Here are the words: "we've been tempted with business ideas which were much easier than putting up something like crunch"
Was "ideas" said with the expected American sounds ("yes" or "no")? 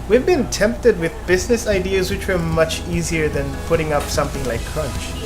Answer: yes